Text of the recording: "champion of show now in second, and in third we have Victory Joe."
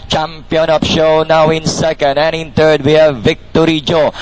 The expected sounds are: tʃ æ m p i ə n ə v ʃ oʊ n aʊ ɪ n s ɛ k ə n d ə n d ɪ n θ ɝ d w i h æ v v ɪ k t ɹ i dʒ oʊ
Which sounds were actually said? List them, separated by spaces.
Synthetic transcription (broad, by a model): tʃ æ m p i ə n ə p ʃ oʊ n aʊ ɪ n s ɛ k ə n d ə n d ɪ n t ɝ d w i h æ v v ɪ k t ɹ i dʒ oʊ